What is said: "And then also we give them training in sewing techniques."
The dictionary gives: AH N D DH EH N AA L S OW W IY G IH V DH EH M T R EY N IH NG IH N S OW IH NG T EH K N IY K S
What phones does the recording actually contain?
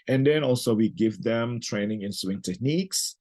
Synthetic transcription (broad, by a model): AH N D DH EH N AA L S OW W IY G IH V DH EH M T R EY N IH NG IH N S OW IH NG T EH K N IY K S